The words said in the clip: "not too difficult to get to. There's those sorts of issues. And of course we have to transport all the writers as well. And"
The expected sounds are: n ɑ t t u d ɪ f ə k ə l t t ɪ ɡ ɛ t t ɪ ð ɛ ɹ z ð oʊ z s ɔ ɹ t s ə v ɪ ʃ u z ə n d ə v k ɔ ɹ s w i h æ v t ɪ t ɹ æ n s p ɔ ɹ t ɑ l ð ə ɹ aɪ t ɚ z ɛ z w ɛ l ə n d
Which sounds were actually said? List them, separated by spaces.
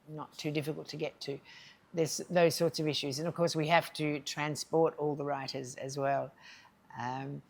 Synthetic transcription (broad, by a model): n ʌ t t u d ɪ f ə k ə l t t ɪ ɡ ɛ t t ɪ ð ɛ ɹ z ð oʊ z s ɔ ɹ t s ə v ɪ ʃ u z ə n ə v k ɔ ɹ s w i h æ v t ɪ t ɹ æ n s p ɔ ɹ t ɑ l ð ə ɹ aɪ t ɚ z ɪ z w ɛ l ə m